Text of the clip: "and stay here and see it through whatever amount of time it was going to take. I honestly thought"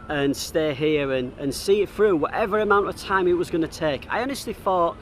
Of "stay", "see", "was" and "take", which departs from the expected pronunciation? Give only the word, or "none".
none